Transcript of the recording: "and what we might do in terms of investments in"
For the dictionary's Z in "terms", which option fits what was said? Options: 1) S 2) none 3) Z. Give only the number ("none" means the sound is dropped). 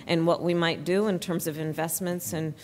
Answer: 3